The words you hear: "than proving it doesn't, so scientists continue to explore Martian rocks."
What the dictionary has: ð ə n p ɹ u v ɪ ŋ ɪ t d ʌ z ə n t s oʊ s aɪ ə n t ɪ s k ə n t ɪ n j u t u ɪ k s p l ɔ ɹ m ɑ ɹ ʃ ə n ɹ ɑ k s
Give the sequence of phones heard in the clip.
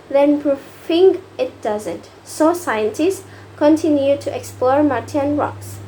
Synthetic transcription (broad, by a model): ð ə n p ɹ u f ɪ ŋ ɪ t d ʌ z ə n t s oʊ s aɪ ə n t ɪ s k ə n t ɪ n j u t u ɪ k s p l ɔ ɹ m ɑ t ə n ɹ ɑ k s